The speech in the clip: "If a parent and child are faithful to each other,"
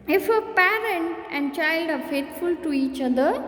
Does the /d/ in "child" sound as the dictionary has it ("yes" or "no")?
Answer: yes